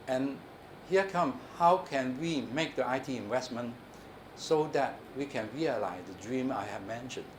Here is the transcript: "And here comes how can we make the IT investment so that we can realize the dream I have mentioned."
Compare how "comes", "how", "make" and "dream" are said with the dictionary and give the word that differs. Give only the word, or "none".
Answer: comes